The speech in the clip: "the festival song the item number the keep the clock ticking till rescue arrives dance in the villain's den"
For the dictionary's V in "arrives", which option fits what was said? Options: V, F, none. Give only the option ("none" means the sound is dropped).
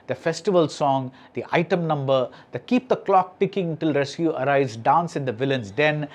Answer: none